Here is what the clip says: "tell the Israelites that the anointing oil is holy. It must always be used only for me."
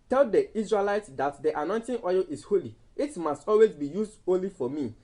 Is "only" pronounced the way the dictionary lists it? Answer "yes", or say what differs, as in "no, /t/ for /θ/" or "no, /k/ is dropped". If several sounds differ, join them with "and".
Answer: no, /n/ is dropped